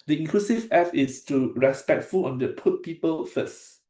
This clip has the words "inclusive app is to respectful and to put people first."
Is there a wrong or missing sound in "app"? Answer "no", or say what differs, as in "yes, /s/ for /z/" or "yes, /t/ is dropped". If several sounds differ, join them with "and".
yes, /f/ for /p/